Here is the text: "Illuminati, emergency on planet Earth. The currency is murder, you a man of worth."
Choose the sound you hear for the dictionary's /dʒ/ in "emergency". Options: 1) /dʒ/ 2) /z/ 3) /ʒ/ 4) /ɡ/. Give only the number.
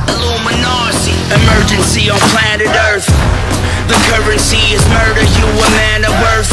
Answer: 1